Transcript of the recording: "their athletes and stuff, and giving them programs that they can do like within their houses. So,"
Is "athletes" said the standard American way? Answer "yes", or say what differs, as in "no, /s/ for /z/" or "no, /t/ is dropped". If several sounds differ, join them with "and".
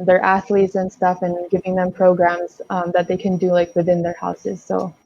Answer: yes